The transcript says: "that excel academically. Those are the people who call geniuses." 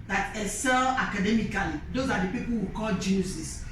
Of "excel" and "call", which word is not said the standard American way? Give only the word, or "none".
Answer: excel